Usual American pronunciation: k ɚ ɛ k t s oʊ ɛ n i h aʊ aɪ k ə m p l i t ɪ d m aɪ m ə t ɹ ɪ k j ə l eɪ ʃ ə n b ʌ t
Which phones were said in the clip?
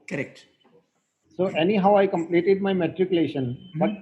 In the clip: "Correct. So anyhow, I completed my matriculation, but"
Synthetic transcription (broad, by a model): k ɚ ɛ k t s oʊ ɛ n i h aʊ aɪ k ə m p l i t ɪ d m aɪ m ə t ɹ ɪ k j ə l eɪ ʃ ə n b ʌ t